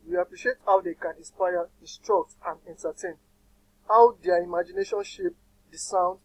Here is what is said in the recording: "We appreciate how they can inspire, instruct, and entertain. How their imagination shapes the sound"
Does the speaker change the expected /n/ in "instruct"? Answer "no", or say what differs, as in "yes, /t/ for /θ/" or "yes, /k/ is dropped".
yes, /n/ is dropped